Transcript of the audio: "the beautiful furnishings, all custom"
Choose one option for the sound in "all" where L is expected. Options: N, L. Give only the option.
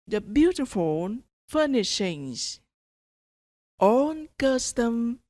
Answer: N